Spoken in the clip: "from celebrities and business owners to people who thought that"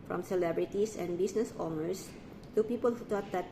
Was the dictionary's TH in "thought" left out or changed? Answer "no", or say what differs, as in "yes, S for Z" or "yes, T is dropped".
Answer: yes, T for TH